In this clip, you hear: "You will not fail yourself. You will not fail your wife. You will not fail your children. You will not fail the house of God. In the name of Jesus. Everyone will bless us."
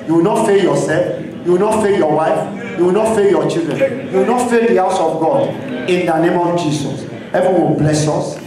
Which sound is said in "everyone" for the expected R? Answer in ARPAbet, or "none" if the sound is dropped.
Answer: none